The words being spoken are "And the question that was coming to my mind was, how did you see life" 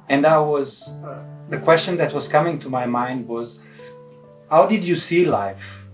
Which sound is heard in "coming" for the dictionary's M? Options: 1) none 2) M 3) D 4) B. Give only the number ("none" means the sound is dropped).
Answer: 2